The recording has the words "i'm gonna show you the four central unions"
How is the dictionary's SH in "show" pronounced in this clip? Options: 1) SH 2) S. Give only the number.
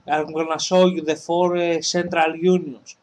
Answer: 2